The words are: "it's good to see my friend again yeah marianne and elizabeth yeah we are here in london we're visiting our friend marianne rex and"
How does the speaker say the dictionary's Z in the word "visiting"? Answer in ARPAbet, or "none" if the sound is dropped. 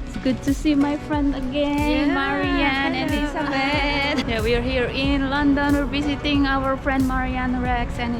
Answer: S